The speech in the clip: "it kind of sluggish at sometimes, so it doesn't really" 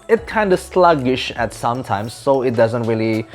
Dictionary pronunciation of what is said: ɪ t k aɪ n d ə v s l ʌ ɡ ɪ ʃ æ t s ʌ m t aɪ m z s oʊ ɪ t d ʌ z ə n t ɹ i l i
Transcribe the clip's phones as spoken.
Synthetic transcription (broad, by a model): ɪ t k aɪ n d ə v s l ʌ ɡ ɪ ʃ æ t s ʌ m t aɪ m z s oʊ ɪ t d ʌ z ə n t ɹ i l i